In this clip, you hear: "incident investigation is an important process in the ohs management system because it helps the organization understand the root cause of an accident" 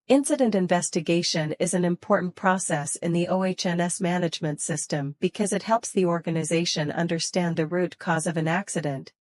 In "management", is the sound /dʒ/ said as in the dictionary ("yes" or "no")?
yes